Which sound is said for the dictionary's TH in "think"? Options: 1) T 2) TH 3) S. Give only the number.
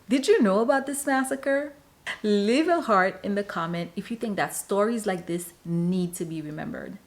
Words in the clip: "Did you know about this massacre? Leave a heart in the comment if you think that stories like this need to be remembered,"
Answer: 2